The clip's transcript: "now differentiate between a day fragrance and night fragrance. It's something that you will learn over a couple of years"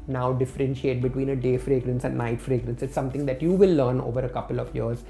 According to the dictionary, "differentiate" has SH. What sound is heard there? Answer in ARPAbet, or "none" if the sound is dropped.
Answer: SH